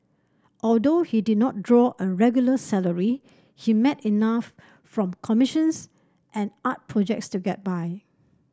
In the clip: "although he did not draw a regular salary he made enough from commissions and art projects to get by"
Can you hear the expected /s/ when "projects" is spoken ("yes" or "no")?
yes